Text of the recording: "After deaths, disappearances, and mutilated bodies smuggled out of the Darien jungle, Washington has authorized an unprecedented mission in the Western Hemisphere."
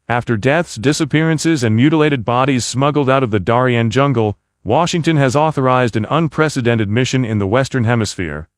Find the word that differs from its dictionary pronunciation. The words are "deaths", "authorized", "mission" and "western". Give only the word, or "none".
none